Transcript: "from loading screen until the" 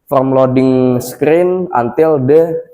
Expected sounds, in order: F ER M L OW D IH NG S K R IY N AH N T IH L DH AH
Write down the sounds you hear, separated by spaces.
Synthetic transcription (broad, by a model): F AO M L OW D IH NG S K R IY N AH N T IH L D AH